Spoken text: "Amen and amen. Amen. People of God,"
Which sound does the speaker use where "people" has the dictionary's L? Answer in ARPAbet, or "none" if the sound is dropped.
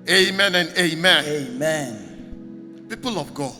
L